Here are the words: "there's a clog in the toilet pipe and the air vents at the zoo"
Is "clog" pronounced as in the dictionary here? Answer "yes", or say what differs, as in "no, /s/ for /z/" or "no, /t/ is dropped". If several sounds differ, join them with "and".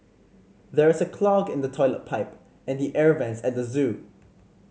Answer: yes